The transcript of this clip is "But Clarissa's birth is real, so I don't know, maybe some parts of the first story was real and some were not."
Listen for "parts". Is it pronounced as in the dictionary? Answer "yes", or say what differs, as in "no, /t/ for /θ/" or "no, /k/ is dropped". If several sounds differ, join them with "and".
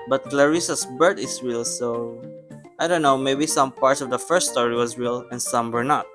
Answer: yes